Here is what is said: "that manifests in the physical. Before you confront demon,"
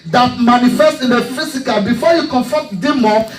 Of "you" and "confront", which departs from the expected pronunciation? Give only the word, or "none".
confront